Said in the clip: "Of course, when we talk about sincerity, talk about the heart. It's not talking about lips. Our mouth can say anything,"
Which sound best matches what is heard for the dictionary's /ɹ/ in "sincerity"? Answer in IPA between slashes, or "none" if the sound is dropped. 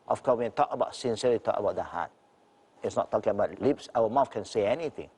none